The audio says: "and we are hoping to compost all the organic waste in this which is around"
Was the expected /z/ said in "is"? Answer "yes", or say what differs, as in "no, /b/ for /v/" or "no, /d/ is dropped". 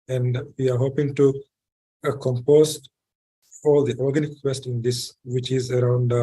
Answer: yes